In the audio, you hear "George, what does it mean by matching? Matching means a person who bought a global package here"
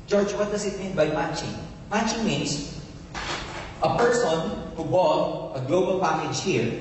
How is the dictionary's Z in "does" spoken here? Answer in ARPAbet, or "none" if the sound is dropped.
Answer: S